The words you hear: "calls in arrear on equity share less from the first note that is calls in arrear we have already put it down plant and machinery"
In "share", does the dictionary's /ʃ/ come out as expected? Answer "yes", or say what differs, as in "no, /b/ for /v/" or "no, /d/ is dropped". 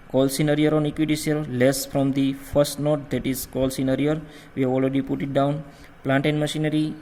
no, /s/ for /ʃ/